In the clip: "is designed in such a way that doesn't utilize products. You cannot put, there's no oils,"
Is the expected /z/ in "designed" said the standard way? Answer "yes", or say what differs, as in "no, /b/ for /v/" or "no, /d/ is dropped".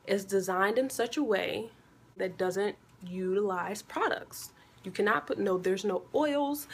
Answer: yes